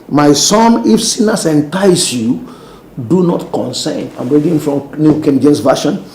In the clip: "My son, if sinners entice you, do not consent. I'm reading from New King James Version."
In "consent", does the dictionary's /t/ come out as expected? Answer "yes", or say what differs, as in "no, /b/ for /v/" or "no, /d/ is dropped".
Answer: no, /t/ is dropped